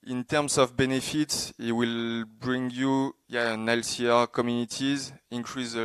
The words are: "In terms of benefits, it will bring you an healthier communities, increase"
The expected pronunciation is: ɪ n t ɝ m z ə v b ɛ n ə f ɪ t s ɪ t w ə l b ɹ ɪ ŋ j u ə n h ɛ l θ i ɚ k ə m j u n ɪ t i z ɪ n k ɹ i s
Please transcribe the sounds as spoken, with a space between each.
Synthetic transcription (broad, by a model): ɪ n t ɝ m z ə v b ɛ n ə f ɪ t s ɪ t w ə l b ɹ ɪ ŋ j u ə n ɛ l s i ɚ k ə m j u n ɪ t i z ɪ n k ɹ i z